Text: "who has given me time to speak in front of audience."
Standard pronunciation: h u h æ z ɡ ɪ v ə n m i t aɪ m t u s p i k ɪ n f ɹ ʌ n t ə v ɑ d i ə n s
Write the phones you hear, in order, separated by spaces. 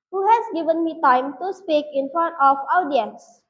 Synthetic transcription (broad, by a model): h u h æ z ɡ ɪ v ə n m i t aɪ m t u s p i k ɪ n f ʌ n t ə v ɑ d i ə n s